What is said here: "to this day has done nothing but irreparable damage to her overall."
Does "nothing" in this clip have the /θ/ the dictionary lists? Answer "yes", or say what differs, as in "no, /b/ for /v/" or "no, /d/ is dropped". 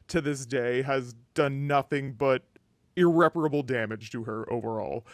yes